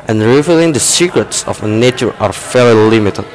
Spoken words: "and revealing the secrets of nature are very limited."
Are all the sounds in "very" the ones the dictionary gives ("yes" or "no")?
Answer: no